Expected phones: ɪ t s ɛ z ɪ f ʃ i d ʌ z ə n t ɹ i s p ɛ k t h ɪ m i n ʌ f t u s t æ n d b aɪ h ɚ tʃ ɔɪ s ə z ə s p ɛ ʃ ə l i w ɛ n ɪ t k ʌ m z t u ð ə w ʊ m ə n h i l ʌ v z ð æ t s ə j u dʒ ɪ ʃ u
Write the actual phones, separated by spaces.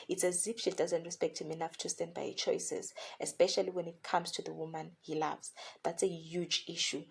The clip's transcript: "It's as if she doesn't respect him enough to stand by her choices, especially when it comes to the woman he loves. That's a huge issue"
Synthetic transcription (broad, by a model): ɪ t s ɛ z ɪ p ʃ i d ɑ z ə n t ɹ i s p ɛ k t h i m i n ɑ f t u s t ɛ n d b aɪ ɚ tʃ ɔɪ s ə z ə s p ɛ ʃ ə l i w ɛ n ɪ t k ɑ m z t u ð ə w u m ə n h i l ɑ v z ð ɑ t s ə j u dʒ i ʃ u